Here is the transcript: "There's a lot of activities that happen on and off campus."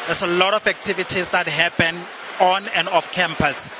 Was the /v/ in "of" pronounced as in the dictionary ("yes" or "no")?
no